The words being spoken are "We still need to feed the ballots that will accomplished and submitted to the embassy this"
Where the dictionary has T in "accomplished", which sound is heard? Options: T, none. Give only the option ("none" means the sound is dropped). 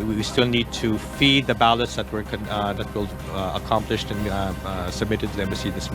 T